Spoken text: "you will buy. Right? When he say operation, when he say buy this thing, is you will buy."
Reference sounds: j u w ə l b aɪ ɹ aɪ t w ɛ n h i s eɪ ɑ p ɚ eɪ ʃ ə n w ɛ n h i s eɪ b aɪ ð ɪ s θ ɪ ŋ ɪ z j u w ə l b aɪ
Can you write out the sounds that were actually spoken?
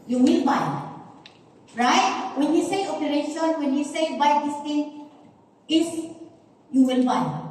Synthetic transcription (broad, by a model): j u w ə l b aɪ ɹ aɪ t w ɛ n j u s eɪ ɑ p ɚ eɪ ʃ ə n w ɛ n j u s eɪ b aɪ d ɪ s t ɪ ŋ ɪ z j u w ə l b aɪ